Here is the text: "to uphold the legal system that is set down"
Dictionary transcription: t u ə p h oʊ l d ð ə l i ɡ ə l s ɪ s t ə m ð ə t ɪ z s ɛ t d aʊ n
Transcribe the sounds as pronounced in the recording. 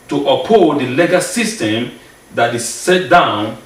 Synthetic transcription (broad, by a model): t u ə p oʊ d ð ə l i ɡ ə s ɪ s t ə m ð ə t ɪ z s ɛ t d aʊ n